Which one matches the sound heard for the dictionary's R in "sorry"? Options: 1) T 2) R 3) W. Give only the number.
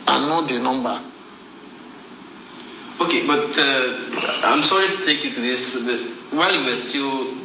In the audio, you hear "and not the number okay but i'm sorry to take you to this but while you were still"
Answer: 2